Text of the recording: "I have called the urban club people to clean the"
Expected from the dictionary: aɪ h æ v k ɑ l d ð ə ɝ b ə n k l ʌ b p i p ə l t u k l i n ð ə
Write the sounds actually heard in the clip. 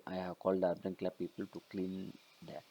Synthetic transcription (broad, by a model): aɪ h æ v k ɑ l d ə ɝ ə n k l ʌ p i p ə l t u k l i n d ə